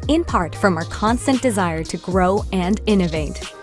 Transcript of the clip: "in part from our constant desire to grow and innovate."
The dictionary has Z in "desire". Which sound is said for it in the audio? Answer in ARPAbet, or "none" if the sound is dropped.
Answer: Z